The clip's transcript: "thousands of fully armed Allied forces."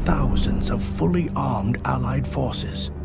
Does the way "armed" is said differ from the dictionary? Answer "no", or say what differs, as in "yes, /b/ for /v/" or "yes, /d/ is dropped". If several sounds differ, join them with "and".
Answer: no